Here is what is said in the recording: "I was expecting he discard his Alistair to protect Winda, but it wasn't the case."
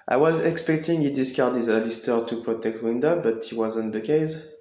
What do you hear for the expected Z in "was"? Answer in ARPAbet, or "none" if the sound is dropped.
Z